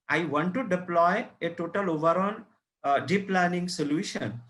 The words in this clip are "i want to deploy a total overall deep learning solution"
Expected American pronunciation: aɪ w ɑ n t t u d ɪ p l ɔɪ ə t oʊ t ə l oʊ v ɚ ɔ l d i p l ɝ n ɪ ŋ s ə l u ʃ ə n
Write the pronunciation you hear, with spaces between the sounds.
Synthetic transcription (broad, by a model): aɪ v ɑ n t t u d ɪ p l ɔɪ ə t oʊ t ə l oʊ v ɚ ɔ n d i p l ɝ n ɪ ŋ s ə l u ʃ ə n